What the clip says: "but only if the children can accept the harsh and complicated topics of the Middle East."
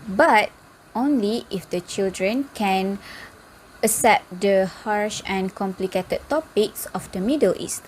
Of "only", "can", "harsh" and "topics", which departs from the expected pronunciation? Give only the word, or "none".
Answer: none